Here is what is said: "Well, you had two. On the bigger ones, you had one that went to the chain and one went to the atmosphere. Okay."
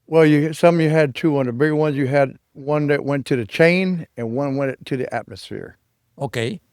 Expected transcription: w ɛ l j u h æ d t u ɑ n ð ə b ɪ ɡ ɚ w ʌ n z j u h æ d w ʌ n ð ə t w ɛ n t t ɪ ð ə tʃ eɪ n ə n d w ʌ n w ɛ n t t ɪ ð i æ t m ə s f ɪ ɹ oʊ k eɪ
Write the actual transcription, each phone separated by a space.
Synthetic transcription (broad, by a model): w ɛ l j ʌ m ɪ d t u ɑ n ð ə b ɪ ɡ w ʌ n z j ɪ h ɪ d w ʌ n ð ə t w ɛ n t t ɪ ð ə tʃ eɪ n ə n w ʌ n w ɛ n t t ɪ ð i æ t m ə s f ɪ ɹ oʊ k eɪ